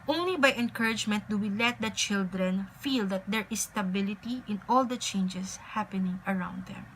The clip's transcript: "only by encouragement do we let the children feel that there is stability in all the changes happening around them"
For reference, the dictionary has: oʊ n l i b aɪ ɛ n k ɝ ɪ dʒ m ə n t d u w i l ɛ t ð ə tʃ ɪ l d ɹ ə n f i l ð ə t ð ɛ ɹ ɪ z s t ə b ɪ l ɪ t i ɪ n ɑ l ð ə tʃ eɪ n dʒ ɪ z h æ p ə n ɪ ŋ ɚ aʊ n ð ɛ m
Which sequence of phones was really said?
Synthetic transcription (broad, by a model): oʊ n l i b aɪ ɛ n k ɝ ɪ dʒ m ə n t d u w i l ɛ t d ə tʃ ɪ l d ɹ ə n f i l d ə t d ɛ ɹ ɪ s t ə b ɪ l ɪ t i ɪ n ɑ l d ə tʃ eɪ n dʒ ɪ s h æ p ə n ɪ ŋ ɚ aʊ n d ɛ m